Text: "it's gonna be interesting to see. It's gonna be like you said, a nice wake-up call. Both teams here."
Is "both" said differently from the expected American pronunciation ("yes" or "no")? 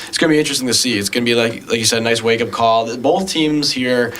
no